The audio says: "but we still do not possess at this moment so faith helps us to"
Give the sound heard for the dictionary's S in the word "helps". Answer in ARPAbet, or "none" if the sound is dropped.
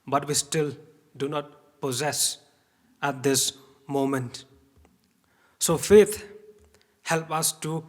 none